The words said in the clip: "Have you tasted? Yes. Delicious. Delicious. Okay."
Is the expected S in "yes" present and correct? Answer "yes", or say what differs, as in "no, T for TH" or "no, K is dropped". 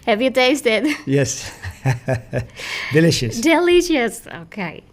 yes